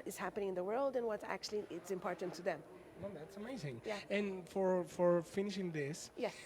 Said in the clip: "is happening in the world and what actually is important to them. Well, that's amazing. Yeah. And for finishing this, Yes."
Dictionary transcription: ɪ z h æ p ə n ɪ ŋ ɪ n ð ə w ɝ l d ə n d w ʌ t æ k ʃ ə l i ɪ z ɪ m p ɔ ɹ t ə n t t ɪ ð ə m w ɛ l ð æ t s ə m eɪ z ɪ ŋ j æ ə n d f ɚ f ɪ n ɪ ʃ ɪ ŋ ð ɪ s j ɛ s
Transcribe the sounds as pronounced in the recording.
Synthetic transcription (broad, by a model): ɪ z h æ p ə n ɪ ŋ ɪ n ð ə w ɝ l d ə n w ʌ t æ k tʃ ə l i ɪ s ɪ m p ɔ ɹ t n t t ɪ ð ə m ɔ ð æ t s ə m eɪ z ɪ ŋ j æ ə n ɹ f ɚ f ɪ n ɪ ʃ ɪ ŋ ð ɪ s j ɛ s